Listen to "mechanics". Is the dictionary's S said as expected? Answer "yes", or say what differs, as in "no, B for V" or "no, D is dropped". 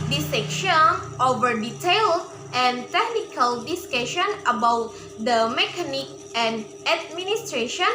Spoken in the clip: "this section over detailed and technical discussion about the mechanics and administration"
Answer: no, S is dropped